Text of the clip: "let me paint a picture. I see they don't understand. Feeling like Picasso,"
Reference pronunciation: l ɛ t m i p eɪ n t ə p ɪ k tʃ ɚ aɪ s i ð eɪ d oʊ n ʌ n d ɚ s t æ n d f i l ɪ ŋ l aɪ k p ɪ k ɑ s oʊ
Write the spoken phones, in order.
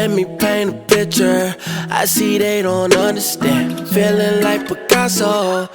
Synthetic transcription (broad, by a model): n m i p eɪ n ə p ɪ k tʃ ɚ aɪ s i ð eɪ d oʊ n ʌ n d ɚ s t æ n f i l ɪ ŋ l aɪ k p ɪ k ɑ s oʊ